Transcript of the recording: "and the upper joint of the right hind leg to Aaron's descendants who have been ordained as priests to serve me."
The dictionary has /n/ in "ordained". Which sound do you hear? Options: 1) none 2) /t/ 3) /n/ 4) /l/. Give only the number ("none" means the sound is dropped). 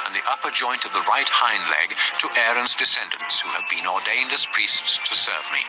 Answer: 3